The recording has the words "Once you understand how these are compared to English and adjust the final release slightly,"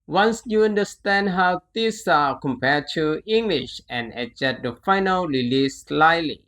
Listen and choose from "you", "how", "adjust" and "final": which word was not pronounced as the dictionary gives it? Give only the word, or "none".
adjust